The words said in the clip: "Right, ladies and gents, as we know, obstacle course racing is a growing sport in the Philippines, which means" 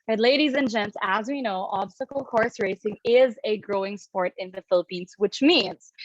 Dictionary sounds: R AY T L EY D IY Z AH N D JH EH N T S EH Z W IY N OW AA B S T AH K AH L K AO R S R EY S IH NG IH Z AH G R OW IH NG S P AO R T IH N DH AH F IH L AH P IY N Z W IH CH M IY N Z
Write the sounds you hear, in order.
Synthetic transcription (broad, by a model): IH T L EY D IY Z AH N JH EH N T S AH Z W IY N OW AA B S T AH K L K AO R S R EY S IH NG IH Z AH G R OW IH NG S P AO R T IH N DH AH F IH L AH P IY N Z W IH CH M IY N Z